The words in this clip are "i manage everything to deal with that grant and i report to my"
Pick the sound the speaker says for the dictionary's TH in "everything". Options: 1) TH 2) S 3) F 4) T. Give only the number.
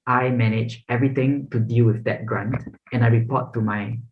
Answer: 4